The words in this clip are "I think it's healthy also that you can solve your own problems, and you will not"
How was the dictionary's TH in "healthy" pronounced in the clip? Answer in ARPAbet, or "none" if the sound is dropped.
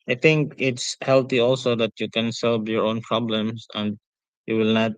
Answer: T